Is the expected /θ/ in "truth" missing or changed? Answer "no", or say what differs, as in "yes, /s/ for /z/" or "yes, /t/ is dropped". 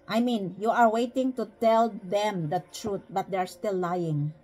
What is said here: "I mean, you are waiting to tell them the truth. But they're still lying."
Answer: yes, /t/ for /θ/